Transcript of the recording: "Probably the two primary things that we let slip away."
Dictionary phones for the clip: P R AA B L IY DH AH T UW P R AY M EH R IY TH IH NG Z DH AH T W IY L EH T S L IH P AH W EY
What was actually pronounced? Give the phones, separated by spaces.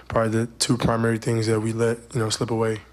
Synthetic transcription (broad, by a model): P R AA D DH AH T UW P R AY M EH R IY TH IH NG Z DH AH T W IY L EH T S L IH P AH W EY